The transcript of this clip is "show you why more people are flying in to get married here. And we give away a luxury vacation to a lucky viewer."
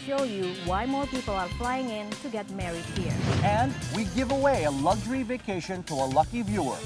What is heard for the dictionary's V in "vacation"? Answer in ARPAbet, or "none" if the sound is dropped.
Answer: V